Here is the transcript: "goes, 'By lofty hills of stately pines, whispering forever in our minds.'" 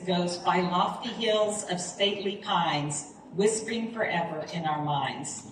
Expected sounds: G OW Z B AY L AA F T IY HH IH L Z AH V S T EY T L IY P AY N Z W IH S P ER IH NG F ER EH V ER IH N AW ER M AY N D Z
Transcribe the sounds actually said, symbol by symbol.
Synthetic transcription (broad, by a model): G OW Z B AY L AA F T IY HH IH L Z AH V S T EY T L IY P AY N Z W IH S P ER IH NG F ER EH V ER IH N AW ER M AY N D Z